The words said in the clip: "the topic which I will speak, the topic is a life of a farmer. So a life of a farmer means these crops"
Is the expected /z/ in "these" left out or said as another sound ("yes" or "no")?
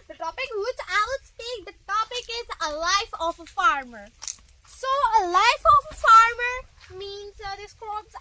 yes